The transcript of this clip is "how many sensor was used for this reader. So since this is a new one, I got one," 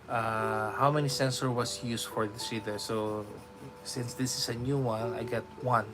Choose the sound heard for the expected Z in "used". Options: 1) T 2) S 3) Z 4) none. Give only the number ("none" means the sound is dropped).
2